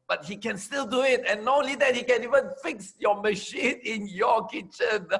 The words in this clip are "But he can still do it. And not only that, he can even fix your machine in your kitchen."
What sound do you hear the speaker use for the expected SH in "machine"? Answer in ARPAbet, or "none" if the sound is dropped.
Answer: SH